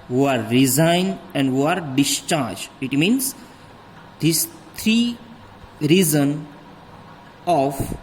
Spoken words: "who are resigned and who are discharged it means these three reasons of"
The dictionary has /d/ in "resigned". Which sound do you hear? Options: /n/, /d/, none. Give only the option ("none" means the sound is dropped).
/d/